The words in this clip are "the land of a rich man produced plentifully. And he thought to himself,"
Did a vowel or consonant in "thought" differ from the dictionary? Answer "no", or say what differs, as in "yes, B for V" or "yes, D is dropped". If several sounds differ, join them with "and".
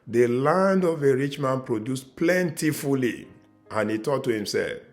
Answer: yes, T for TH